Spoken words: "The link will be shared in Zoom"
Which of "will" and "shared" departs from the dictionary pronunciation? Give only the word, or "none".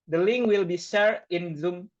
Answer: shared